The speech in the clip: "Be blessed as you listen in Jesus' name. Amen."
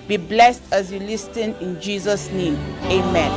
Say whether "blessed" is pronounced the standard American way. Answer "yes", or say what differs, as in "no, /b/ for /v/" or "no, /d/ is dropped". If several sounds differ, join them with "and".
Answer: yes